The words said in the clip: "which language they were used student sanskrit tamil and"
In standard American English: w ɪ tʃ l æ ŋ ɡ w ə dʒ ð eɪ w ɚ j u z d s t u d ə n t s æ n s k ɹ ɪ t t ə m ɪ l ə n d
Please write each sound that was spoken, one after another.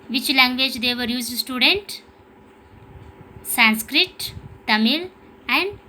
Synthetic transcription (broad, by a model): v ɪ tʃ l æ ŋ ɡ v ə dʒ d eɪ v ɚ j u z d s t u d ə n t s æ n s k ɹ ɪ t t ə m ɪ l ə n d